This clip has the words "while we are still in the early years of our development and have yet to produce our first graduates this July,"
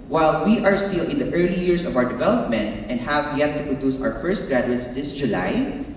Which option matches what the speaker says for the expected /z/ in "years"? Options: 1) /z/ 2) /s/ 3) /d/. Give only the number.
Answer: 2